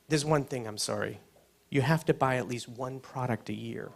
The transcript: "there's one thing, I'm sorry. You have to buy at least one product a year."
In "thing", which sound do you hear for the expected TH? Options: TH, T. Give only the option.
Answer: TH